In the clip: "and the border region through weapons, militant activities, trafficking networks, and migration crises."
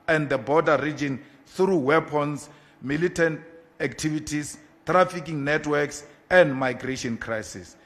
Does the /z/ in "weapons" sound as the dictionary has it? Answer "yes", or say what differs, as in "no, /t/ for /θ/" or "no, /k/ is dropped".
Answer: no, /s/ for /z/